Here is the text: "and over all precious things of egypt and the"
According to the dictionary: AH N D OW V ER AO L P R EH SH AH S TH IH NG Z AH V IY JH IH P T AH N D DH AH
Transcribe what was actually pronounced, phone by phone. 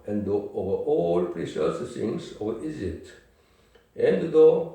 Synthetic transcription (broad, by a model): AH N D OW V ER AO L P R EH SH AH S S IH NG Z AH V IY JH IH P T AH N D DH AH